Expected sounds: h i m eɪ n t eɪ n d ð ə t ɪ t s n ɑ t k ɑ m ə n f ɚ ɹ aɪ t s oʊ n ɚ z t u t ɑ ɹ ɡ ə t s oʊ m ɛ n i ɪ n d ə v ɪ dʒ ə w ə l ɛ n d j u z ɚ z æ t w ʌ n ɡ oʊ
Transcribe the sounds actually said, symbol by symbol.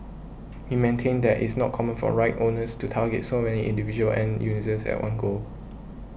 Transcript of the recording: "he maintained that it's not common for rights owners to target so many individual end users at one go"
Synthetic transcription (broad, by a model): h i m eɪ n t eɪ n d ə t ɪ t s n ɑ t k ɑ m ə n f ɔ ɹ aɪ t oʊ n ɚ s t u t ɑ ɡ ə t s oʊ m ɛ n i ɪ n d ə v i dʒ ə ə l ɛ n j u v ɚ s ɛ t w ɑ n ɡ oʊ